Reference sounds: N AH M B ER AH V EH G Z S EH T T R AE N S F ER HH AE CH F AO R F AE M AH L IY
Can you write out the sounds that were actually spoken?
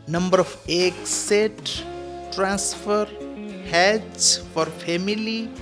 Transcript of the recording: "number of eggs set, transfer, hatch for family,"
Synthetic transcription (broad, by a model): N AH M B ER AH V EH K S EH T T R AE N S F ER HH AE S F AO R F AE M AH L IY